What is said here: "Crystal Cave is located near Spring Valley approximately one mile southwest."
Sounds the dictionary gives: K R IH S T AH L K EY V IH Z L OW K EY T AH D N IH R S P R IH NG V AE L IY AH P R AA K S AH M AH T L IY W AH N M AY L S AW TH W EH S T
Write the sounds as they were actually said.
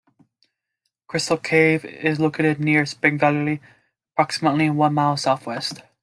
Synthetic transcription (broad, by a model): K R IH S T L K EY V IH Z L OW K EY T AH D N IH R S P IH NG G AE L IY AH P R AA K S AH M AH T L IY W AH N M AY L S AW TH W EH S T